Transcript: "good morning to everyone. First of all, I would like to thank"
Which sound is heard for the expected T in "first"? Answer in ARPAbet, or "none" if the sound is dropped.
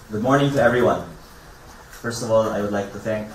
T